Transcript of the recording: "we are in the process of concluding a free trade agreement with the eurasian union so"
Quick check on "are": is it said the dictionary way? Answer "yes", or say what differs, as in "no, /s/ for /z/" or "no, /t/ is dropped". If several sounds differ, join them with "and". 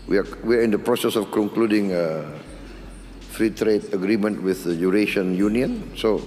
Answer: no, /w/ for /ɹ/